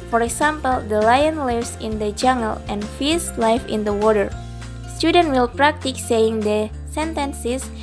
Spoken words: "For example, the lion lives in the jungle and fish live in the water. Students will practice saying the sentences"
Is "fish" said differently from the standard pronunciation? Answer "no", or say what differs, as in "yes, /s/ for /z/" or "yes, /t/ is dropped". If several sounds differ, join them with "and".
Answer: yes, /s/ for /ʃ/